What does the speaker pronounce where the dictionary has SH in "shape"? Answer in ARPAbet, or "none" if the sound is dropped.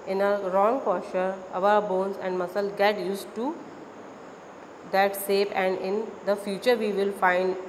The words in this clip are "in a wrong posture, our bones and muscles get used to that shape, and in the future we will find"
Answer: S